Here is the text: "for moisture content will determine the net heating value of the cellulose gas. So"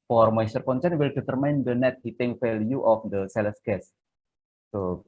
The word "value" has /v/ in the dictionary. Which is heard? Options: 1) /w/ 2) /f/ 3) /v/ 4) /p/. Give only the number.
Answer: 2